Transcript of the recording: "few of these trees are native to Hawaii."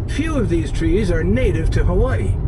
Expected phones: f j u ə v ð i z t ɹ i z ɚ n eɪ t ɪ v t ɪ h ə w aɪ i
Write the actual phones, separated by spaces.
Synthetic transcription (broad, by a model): f j u ə v ð i z t ɹ i z ɚ n eɪ t ɪ v t ɪ h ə w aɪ